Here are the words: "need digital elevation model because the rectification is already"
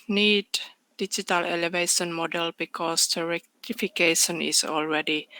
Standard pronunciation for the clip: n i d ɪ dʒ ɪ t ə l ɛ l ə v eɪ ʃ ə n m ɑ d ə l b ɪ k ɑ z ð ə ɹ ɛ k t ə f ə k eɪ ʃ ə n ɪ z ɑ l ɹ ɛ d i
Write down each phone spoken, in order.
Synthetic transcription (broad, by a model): n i d ɪ dʒ ɪ t ə l ɛ l ə v eɪ ʃ ə n m ɑ d ə l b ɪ k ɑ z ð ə ɹ ɛ k t ə f ə k eɪ ʃ ə n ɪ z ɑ l ɹ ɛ d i